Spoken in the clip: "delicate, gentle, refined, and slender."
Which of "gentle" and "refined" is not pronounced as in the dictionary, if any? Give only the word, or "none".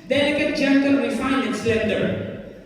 refined